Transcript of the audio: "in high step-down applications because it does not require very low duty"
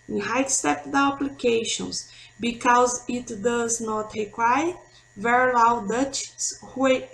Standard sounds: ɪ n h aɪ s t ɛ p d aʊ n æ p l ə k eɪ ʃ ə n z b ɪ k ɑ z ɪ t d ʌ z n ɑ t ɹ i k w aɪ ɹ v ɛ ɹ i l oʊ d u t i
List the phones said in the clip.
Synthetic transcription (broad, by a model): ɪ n h aɪ s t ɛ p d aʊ ɑ p l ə k eɪ ʃ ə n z b ɪ k ɑ z ɪ t d ʌ z n ɑ t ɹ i k w aɪ v ɛ ɹ i l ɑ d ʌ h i